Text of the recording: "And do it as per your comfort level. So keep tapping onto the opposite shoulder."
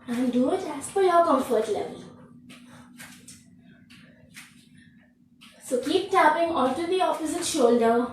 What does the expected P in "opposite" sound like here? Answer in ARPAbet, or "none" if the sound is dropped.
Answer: F